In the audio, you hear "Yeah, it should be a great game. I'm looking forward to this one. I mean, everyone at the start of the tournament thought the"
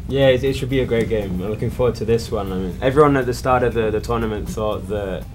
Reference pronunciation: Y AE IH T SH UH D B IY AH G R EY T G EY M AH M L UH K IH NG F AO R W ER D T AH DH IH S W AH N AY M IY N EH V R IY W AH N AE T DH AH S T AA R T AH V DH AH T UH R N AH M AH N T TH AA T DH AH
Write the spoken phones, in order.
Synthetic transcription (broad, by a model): Y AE IH T SH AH D B IY AH G R EY T G EY M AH L UH K IH NG F AO W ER D T AH DH IH S W AH N AY M IY N EH V R IY W AH N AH T DH AH S T AA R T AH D DH AH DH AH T N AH M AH N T TH AA T DH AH